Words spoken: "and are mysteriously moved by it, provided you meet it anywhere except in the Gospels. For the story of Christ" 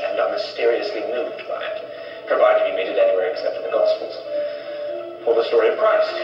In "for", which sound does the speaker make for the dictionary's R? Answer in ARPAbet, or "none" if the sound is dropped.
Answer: L